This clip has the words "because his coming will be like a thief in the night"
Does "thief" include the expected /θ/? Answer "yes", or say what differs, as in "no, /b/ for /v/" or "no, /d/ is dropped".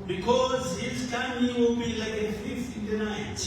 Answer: no, /f/ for /θ/